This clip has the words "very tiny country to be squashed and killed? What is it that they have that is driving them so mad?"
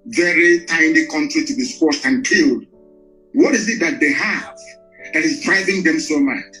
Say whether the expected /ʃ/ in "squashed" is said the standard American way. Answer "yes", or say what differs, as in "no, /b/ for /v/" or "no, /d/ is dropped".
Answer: no, /s/ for /ʃ/